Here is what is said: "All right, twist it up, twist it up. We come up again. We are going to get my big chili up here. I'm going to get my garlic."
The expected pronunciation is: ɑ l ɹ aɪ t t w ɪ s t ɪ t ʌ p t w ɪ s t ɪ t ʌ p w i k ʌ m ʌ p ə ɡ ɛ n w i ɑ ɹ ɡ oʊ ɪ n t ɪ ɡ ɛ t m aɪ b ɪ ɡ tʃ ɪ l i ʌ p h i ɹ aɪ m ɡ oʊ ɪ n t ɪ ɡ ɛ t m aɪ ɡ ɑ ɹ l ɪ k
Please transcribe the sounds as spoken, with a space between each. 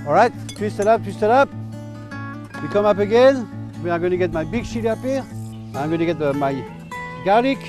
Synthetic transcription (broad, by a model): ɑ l ɹ aɪ t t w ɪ s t ɪ t ʌ p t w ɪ s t ɪ t ʌ p w i k ʌ m ʌ p ə ɡ ɛ n w i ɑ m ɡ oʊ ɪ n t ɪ ɡ ɛ t m aɪ b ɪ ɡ s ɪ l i ʌ p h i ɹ aɪ m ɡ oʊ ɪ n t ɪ ɡ ɛ t m aɪ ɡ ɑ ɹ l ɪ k